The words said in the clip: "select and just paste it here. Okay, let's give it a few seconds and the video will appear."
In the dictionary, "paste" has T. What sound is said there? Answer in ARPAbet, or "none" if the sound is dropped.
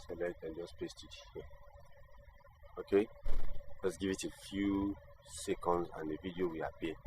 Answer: T